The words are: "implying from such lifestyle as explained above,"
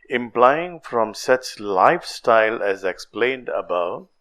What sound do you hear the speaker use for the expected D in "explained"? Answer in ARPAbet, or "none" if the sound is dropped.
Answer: D